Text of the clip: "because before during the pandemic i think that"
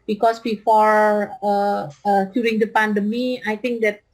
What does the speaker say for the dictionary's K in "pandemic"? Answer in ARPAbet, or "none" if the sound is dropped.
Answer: none